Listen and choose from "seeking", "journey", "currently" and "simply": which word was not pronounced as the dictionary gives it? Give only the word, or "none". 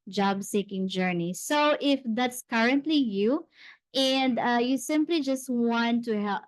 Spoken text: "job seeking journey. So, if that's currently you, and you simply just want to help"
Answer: none